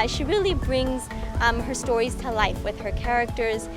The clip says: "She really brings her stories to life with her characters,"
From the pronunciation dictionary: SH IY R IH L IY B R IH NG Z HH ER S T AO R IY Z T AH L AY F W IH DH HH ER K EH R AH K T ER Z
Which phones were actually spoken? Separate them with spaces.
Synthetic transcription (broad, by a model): SH IY R IH L IY B R IH NG Z HH ER S T AO R IY Z T AH L AY F W IH DH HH ER K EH R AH K T ER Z